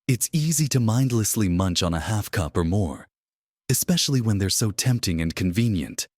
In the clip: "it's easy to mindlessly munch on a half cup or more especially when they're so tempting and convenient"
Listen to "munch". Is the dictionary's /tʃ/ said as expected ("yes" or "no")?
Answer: yes